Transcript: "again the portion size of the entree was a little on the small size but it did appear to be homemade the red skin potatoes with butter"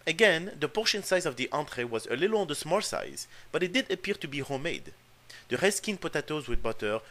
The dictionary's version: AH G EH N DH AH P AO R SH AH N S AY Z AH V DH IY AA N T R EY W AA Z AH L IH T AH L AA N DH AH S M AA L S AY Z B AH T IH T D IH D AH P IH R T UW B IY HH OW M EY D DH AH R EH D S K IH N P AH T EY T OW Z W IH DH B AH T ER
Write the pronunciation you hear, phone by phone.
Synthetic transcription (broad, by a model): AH G EH N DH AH P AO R SH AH N S AY Z AH V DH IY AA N T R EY W AA Z AH L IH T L AA N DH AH S M AA L S AY Z B AH T IH T D IH D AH P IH R T UW B IY HH OW M EY D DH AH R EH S K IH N P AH T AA T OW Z W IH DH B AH T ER